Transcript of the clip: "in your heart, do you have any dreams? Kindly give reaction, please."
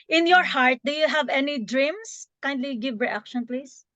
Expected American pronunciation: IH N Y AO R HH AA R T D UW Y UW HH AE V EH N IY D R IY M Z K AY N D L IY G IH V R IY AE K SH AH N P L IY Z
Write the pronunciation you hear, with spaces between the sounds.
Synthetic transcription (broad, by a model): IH N Y AO R HH AA R T D UW Y UW HH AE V EH N IY D R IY M S K AY N D L IY G IH V R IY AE K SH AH N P L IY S